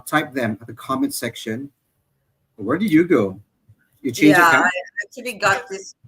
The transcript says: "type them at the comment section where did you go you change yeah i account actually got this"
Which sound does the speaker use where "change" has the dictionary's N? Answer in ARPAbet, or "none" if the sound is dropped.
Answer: none